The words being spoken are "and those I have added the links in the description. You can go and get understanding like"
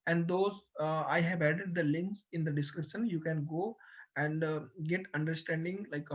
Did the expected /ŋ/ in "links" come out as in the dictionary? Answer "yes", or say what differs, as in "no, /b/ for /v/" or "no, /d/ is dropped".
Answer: yes